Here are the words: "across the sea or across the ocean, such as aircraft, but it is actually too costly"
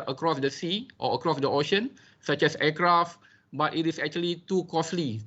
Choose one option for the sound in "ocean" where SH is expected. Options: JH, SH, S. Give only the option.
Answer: SH